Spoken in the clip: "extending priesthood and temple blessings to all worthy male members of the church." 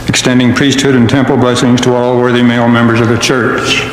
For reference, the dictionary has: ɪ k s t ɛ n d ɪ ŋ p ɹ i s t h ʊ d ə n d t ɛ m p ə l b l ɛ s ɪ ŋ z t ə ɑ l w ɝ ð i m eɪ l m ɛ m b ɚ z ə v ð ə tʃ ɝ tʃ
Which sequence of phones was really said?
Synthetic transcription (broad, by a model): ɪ k s t ɛ n d ɪ ŋ p ɹ i s t h ʊ d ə n t ɛ m p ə l b l ɛ s ɪ ŋ z t ə ɑ l w ɝ ð i m eɪ l m ɛ m b ɚ z ə v ð ə tʃ ɝ tʃ